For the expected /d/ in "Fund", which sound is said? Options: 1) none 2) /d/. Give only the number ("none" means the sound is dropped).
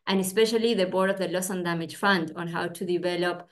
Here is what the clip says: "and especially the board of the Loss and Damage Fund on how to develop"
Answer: 2